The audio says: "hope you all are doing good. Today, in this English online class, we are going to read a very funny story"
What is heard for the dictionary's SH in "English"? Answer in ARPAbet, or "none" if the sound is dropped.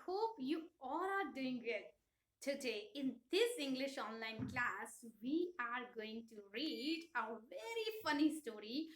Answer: SH